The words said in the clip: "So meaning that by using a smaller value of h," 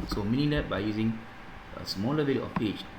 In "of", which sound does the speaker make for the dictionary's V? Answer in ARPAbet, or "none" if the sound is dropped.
P